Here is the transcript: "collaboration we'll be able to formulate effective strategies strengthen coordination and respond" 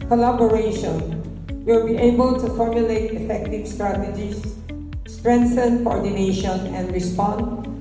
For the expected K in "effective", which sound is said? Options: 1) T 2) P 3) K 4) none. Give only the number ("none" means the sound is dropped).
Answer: 3